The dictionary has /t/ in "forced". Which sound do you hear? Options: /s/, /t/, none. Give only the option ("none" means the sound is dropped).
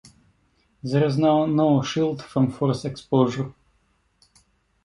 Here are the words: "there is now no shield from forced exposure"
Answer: none